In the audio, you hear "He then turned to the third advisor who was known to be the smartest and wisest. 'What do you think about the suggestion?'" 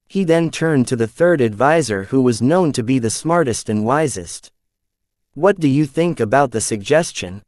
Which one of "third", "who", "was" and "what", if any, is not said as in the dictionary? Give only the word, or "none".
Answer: none